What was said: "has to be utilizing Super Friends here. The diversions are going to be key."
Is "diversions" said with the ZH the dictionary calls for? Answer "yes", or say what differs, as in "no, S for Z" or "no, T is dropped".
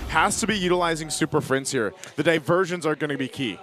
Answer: yes